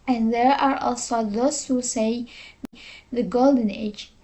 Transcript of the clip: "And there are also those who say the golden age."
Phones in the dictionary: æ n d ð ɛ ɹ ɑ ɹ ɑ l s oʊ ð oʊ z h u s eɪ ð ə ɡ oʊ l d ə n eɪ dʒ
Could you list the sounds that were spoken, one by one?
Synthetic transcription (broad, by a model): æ n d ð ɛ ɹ ɑ ɹ ɑ l s oʊ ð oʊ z h u s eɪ ð ə ɡ oʊ l d ə n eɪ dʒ